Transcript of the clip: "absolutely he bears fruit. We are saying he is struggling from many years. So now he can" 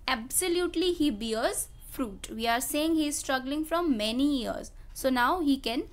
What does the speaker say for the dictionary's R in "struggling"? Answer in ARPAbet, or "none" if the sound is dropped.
R